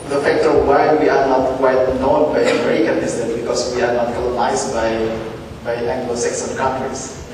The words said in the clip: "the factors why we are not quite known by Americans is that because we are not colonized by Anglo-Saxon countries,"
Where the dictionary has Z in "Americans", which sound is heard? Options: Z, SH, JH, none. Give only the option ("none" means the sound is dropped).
none